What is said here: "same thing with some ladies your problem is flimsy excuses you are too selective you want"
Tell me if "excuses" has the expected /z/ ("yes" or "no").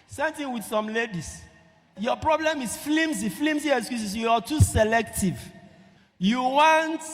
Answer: no